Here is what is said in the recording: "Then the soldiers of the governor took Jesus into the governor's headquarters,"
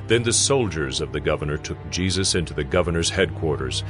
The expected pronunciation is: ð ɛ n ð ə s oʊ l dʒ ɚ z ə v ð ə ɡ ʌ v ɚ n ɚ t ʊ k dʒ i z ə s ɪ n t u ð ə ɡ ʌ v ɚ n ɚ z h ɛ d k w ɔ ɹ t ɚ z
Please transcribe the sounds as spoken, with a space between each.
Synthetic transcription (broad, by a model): ð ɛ n ð ə s oʊ l dʒ ɚ z ə v ð ə ɡ ʌ v ɚ n ɚ t ʊ k dʒ i z ə s ɪ n t u ð ə ɡ ʌ v ɚ n ɚ z h ɛ d k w ɔ ɹ t ɚ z